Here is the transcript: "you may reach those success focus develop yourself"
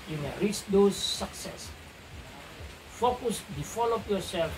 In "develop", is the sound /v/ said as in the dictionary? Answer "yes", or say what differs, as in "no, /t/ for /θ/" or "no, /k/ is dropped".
no, /f/ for /v/